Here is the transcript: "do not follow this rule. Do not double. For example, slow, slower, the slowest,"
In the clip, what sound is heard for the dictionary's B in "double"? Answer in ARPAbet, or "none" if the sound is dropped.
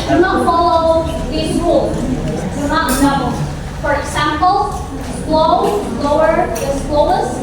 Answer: none